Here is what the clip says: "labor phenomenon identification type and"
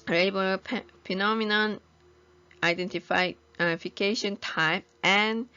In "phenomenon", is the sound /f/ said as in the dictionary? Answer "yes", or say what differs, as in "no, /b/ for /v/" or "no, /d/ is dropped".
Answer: no, /p/ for /f/